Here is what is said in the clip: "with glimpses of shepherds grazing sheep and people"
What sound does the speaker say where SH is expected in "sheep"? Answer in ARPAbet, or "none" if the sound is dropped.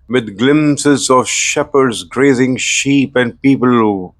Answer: SH